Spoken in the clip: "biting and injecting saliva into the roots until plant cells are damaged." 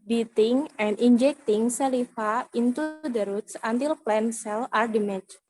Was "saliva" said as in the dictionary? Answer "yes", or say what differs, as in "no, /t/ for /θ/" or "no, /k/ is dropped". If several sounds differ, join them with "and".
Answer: no, /f/ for /v/